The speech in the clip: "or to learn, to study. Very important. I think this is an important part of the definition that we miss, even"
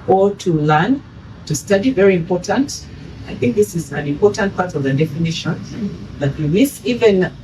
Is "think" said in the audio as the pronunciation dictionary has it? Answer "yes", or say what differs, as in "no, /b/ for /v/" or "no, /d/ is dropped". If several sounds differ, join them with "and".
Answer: yes